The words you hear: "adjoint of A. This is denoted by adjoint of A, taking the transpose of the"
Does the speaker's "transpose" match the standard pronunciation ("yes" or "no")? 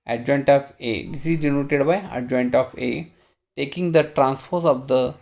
no